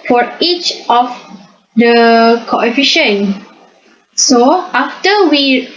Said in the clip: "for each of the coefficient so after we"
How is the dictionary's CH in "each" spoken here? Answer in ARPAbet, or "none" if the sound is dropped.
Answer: CH